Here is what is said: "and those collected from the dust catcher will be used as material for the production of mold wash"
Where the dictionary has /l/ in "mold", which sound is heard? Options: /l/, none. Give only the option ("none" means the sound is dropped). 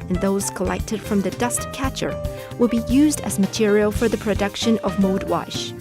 none